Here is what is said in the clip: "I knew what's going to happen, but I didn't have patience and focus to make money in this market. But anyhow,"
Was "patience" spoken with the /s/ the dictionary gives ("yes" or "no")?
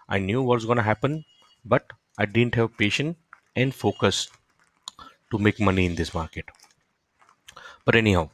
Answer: no